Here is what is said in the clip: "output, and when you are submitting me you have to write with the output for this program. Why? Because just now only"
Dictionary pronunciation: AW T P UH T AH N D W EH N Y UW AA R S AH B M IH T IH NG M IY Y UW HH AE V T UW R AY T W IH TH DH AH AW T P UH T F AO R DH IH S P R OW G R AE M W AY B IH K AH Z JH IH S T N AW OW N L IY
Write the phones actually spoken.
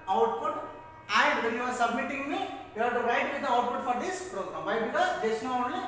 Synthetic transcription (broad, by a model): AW T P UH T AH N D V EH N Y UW AA R S AH B M IH T IH NG M IY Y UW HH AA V T UW R AY T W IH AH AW T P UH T F AO R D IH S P R OW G R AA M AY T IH AH JH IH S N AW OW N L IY